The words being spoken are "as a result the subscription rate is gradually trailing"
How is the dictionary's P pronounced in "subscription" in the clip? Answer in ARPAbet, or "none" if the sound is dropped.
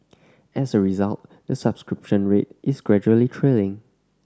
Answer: P